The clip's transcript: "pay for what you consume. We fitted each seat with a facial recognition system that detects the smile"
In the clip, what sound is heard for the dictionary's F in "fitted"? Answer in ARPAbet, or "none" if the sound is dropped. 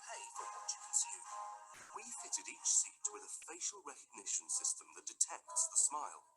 F